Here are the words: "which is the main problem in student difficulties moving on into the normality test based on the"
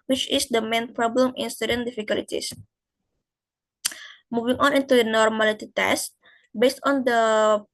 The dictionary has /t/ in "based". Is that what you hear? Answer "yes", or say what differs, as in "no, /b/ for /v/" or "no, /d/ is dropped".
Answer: yes